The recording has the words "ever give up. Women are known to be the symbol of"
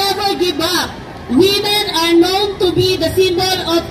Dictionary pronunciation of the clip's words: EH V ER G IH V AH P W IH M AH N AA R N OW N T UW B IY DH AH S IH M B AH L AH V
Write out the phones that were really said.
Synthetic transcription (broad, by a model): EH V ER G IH B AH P W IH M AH N AA R N OW N T UW B IY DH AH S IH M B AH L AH